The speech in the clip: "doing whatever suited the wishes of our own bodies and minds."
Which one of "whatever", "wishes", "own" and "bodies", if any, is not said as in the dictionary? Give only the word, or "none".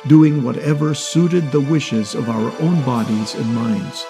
none